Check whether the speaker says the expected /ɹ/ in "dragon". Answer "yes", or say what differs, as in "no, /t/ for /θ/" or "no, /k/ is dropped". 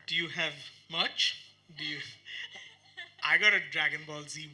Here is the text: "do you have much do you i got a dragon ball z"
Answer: yes